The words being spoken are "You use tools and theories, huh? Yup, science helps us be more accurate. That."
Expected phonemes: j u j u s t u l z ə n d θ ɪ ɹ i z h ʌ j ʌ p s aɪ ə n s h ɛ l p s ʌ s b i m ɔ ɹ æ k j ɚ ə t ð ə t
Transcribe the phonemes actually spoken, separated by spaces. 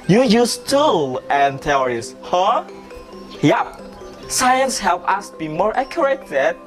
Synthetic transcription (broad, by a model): j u j u s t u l ə n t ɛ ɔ ɹ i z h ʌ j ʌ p s aɪ ə n s h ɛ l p ʌ s b i m ɔ ɹ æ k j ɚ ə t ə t